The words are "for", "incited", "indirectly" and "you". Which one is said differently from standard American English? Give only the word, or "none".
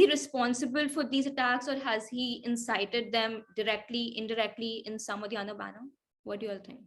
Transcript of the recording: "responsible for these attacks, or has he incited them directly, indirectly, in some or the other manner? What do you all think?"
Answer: none